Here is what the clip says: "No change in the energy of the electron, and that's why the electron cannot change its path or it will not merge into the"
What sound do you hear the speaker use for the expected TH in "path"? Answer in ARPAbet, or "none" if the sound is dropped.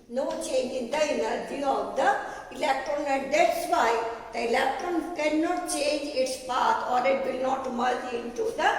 T